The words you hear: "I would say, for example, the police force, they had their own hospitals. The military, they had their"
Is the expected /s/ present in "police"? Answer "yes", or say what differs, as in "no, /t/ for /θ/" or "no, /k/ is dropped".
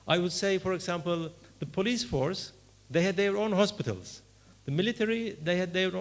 yes